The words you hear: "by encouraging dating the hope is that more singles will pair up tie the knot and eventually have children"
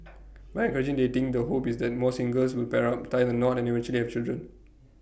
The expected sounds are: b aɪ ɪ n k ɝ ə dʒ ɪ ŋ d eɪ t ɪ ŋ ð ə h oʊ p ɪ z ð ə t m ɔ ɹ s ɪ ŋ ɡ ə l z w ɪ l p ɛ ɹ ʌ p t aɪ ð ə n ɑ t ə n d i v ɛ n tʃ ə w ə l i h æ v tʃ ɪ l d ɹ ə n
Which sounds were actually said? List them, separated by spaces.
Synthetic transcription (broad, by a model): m aɪ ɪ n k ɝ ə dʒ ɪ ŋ d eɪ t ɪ ŋ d ə h oʊ p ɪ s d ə t m ɔ s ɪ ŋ ɡ ə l s w ɪ l p ɛ ɹ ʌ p t aɪ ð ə n ɑ t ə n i v ɛ n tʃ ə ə l i h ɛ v tʃ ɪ l d ɹ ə n